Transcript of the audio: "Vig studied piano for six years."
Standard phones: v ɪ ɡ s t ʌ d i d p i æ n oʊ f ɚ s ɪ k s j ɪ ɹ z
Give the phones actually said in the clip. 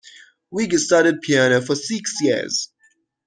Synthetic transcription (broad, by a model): w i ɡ s t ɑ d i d p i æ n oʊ f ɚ s ɪ k s j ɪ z